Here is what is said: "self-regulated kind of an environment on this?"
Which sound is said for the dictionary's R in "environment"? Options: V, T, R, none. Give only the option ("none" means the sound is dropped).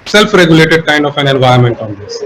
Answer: none